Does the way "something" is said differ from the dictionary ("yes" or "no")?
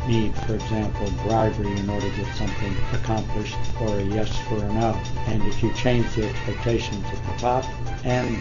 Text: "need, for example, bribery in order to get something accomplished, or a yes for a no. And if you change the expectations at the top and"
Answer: no